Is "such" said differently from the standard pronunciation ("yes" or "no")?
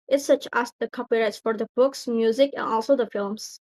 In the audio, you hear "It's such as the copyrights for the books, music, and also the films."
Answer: no